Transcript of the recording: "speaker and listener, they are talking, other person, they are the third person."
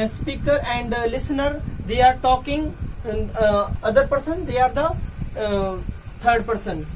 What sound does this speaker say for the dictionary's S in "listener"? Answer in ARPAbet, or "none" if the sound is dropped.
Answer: S